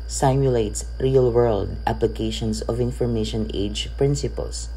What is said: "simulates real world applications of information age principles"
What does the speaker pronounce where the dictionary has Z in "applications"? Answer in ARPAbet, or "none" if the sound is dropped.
S